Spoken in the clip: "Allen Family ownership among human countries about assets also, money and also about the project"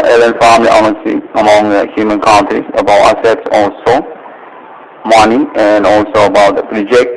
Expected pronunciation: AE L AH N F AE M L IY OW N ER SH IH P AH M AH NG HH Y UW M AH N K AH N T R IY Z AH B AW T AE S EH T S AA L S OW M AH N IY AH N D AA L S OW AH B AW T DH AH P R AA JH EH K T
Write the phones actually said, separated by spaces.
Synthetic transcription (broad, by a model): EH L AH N F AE M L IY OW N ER S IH AH M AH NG HH Y UW M AH N K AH N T R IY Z AH B AW T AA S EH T S AA L S OW M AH N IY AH N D AA L S OW AH B AW T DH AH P R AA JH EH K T